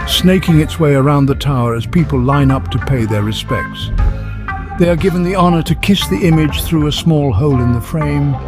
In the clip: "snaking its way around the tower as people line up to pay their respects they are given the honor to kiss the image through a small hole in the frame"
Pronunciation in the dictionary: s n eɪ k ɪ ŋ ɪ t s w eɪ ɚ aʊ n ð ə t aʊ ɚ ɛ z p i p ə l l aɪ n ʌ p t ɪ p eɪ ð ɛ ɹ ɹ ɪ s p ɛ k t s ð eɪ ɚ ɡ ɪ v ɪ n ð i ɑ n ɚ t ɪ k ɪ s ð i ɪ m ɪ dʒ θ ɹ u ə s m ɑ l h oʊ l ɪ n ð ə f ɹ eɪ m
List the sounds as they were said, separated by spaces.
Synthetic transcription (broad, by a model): s n eɪ k ɪ ŋ ɪ t s w eɪ ɚ aʊ n ð ə t aʊ ɚ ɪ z p i p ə l l aɪ n ʌ p t ɪ p eɪ ð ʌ ɹ ɹ ɪ s p ɛ k t s ð eɪ ɚ ɡ ɪ v ɪ n ð i ɑ n ɚ t ɪ k ɪ s ð i ɪ m ɪ dʒ θ ɹ u ə s m ɑ l h oʊ l ɪ n ð ə f ɹ eɪ m